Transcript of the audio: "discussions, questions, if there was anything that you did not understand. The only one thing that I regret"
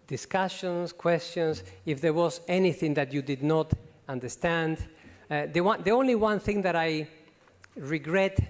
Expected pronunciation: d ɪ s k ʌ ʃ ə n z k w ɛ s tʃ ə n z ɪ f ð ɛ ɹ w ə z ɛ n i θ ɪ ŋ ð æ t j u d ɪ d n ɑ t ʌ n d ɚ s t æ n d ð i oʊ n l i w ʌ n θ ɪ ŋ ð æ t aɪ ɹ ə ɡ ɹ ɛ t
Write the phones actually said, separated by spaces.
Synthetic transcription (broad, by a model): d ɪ s k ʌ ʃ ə n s k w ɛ s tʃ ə n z ɪ f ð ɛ ɹ w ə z ɛ n i θ ɪ ŋ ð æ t j u d ɪ d n ɑ t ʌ n d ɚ s t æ n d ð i oʊ n l i w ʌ n θ ɪ ŋ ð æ t aɪ ɹ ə ɡ ɹ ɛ t